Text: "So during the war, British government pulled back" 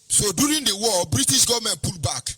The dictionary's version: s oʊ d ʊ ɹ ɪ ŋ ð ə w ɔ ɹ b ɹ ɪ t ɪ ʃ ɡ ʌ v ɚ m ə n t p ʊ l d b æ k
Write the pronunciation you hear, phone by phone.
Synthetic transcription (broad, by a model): s oʊ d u ɹ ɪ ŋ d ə w ɔ l b ɹ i t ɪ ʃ ɡ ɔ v m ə n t p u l b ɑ k